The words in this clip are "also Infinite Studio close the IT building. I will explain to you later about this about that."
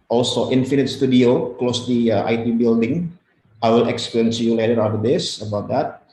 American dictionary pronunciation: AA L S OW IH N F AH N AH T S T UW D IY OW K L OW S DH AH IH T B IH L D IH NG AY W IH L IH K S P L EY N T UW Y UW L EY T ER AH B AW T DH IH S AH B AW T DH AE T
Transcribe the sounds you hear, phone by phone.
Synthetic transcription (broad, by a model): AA L S OW IH N F AH N AH T S T UW D IY OW K L OW S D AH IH T B IH L D IH NG AY W IH L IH K S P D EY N S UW Y UW L EY T ER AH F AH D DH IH S AH B AW T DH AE T